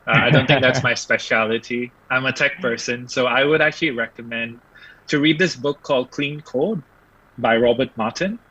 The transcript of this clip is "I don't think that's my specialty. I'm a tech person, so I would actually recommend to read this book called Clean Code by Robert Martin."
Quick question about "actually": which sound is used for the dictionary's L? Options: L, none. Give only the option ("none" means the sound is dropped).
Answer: L